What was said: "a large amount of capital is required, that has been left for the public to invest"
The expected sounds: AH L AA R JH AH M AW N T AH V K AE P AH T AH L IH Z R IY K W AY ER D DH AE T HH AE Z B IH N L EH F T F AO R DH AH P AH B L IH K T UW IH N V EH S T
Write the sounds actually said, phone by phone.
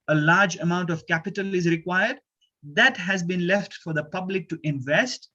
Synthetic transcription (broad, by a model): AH L AA R JH AH M AW N T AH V K AE P AH T AH L IH Z R IY K W AY ER D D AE T HH AE Z B IH N L EH F T F AO R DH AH P AH B L IH K T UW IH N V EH S T